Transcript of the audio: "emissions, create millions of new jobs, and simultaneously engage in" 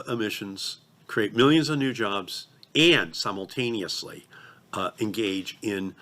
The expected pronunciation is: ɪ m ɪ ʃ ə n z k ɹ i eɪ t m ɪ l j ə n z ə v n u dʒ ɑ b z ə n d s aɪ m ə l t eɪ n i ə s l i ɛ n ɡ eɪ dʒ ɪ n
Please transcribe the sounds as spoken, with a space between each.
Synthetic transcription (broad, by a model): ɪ m ɪ ʃ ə n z k ɹ i eɪ t m ɪ l j ə n z ə v n u dʒ ɑ b z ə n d s aɪ m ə l t eɪ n i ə s l i ɛ n ɡ eɪ dʒ ɪ n